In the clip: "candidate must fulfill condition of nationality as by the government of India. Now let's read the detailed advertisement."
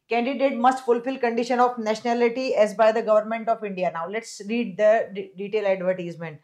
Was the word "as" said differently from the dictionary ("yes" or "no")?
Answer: no